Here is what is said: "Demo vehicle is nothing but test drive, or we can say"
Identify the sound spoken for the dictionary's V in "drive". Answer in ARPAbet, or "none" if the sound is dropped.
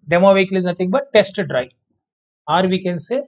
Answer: none